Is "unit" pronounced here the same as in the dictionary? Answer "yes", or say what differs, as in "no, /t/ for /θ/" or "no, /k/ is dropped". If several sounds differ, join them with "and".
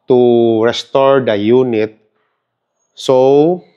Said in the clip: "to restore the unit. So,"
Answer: yes